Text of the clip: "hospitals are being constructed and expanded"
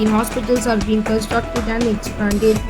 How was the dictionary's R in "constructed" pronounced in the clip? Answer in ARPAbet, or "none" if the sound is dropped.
none